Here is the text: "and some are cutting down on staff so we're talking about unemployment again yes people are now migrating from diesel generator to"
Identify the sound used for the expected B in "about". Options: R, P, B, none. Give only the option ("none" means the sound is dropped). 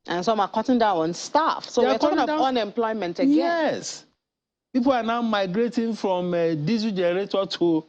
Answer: none